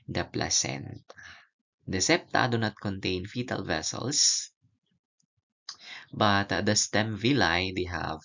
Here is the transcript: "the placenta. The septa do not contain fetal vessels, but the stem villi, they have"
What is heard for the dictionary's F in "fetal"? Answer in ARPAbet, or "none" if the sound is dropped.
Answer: F